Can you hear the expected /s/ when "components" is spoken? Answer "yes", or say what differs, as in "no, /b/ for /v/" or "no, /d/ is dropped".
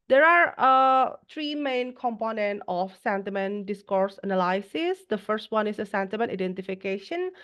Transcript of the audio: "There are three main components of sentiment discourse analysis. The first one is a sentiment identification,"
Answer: no, /s/ is dropped